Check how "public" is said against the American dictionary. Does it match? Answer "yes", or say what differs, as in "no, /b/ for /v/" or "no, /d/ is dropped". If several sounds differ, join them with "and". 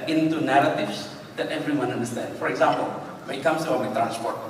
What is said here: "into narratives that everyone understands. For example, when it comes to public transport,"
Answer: no, /b/ is dropped